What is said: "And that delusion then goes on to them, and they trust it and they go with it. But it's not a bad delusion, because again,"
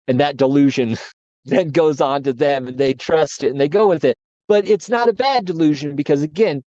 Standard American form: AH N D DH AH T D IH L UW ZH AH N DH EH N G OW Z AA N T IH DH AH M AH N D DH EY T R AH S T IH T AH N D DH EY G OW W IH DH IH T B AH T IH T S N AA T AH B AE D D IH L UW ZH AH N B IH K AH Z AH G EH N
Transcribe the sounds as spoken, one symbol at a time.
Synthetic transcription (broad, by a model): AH N DH AH T D IH L UW ZH AH N DH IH N G OW Z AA N T IH DH AH M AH N DH EY T R AH S T IH T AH N DH EY G OW W IH DH IH T B AH T IH T S N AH T AH B AE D D IH L UW ZH AH N B IH K AH Z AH G EH N